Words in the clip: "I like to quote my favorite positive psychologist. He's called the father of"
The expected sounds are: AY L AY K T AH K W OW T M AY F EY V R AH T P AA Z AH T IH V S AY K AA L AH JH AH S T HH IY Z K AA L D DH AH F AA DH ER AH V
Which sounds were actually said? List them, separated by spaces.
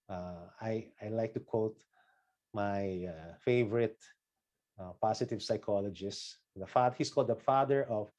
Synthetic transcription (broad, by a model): AY L AY K T AH K W OW T M AY F EY V R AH T P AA S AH T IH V S AY K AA L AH JH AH S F HH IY S K AA L D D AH F AA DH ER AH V